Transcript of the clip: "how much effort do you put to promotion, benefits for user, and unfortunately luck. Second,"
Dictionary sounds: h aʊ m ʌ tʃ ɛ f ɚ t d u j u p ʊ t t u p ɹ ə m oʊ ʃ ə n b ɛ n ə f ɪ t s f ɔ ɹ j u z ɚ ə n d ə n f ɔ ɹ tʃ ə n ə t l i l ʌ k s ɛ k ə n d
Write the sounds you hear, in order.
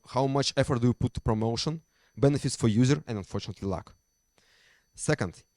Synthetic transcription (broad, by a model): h aʊ m ʌ tʃ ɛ f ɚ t d u j u p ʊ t t u p ɹ ə m oʊ ʃ ə n b ɛ n ə f ɪ t s f ɔ ɹ j u z ɚ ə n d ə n f ɔ ɹ tʃ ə n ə t l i l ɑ k s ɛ k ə n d